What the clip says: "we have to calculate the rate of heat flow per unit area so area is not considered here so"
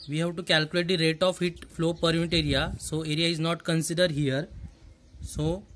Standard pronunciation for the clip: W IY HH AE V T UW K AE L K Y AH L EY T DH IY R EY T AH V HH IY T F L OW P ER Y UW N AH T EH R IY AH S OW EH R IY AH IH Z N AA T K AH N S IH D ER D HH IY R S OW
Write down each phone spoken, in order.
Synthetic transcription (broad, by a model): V IY HH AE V T UW K AE L K Y AH L EY T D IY R EY T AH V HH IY T F L OW P ER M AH T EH R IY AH S OW EH R IY AH IH Z N AA T K AH N S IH D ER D HH IY R S OW